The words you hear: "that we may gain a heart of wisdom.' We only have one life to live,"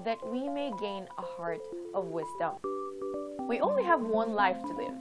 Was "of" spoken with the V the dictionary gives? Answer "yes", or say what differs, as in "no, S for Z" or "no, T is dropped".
yes